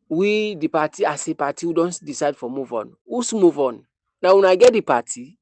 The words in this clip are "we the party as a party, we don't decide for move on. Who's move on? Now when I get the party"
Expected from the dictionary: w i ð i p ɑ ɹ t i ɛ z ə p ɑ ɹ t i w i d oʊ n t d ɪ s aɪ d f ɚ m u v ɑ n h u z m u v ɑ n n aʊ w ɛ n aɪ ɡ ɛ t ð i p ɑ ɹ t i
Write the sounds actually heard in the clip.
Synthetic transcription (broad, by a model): w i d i p ɑ t i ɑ s ə p ɑ t i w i d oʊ n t d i s aɪ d f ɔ m u v ɑ n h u s m u v ɑ n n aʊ w ɛ n aɪ ɡ ɛ t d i p ɑ t i